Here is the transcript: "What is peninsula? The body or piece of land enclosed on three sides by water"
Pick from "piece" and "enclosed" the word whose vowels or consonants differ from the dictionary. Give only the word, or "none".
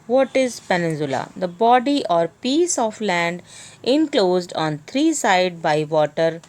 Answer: none